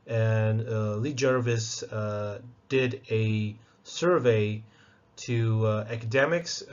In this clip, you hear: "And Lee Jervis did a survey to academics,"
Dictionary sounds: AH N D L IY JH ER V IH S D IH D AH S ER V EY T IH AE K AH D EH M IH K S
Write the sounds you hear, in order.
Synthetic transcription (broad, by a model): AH N L IY JH ER V IH S D IH D AH S ER V EY T IH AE K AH D EH M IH K S